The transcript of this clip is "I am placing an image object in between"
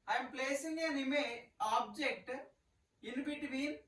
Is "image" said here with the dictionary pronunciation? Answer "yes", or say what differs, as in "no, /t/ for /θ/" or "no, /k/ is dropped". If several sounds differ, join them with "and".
no, /dʒ/ is dropped